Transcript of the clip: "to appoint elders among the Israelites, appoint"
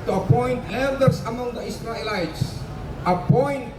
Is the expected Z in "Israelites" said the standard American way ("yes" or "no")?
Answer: no